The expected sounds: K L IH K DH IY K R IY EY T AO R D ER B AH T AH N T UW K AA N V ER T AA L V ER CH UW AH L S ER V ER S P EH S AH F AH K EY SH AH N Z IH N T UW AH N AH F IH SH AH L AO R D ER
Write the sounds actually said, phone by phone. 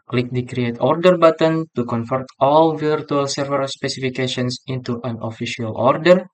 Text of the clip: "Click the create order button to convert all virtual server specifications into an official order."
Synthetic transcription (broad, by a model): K L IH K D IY K R IY EY T AO R D ER B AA T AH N T UW K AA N F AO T AA L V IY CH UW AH L S ER V ER S P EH S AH F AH K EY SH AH N S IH N T UW AH N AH F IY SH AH L AO R D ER